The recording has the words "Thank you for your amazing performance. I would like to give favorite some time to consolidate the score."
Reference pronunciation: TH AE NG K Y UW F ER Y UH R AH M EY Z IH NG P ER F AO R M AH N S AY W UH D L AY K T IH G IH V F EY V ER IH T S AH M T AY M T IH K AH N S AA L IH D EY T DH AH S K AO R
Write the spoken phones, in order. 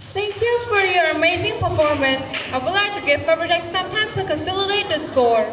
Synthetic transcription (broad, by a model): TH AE NG K Y UW F ER Y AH R AH M EY Z IH NG P ER F AO R M AH N S AY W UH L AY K T IH G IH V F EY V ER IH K S AH M T AY M T IH K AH N S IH L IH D EY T DH AH S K AO R